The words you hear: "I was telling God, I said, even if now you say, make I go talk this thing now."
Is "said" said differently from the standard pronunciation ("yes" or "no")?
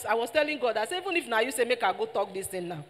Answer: yes